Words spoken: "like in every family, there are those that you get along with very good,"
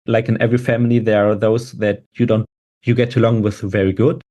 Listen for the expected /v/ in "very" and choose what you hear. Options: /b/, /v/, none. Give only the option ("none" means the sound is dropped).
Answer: /v/